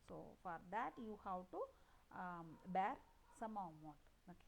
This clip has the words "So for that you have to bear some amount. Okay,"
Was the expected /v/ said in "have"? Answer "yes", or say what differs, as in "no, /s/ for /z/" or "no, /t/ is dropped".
no, /w/ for /v/